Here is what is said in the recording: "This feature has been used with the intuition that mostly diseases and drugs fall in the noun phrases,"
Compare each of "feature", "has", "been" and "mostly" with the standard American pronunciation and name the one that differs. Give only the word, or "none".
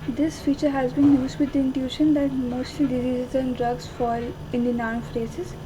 none